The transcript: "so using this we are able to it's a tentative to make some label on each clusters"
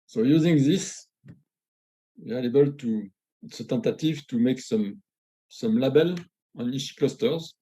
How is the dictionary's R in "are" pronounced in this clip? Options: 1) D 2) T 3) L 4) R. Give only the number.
3